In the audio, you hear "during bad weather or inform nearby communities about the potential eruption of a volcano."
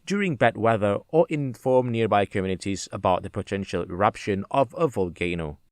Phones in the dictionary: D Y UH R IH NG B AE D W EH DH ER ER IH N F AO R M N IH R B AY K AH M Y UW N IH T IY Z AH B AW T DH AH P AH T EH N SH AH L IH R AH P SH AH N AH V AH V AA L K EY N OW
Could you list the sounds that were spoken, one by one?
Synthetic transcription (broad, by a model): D Y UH R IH NG B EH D W EH DH ER ER IH N F AO R M N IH R B AY K AH M Y UW N IH T IY Z AH B AW T DH AH P AH T EH N SH AH L IH R AH P SH AH N AH V AH V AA L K EY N OW